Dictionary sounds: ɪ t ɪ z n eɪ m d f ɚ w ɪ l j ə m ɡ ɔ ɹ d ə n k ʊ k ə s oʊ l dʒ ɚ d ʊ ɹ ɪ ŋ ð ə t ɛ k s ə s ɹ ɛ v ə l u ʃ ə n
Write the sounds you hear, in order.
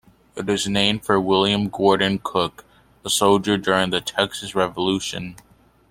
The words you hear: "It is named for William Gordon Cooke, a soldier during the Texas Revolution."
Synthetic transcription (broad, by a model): ɪ t ɪ z n eɪ m d f ɚ w ɪ l j ə m ɡ ɔ ɹ d n k ʊ k ə s oʊ l dʒ ɚ d ʊ ɹ ɪ ŋ ð ə t ɛ k s ə s ɹ ɛ v ə l u ʃ ə n